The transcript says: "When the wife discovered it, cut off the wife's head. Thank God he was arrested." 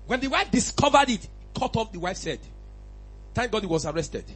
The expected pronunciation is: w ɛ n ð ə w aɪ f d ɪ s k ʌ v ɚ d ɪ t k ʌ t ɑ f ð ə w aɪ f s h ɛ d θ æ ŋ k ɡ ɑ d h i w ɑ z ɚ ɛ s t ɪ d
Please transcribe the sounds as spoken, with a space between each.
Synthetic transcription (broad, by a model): w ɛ n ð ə w aɪ f d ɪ s k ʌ v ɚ d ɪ t k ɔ t ɑ f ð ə w aɪ f s ɛ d t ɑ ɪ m ɡ ɑ d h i w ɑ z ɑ ɛ s t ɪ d